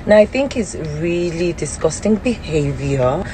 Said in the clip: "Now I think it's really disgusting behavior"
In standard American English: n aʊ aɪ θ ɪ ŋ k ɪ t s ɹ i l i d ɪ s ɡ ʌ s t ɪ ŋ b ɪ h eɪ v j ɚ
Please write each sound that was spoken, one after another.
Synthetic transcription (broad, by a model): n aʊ aɪ θ ɪ ŋ k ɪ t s ɹ i l i d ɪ s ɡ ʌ s t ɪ ŋ b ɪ h eɪ v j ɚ